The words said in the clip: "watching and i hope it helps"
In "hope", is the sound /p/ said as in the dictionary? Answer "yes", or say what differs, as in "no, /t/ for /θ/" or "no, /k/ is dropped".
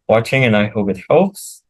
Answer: no, /b/ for /p/